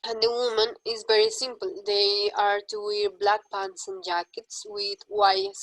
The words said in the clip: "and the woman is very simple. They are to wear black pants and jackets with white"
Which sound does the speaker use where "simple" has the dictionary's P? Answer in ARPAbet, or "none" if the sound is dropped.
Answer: P